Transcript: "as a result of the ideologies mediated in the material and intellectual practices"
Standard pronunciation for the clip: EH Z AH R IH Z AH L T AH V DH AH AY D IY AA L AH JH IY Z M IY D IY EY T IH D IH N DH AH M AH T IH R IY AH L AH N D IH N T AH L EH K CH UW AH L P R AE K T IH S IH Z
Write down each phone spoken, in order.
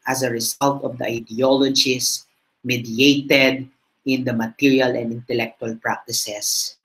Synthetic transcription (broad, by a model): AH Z AH R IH S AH L T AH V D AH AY D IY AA L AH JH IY S M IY D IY EY T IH D IH N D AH M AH T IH R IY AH L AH N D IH N T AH L EH K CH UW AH L P R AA K T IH S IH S